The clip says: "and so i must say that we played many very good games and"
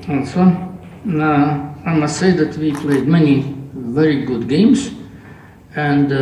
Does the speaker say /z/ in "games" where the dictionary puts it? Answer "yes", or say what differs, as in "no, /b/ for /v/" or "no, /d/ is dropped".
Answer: no, /s/ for /z/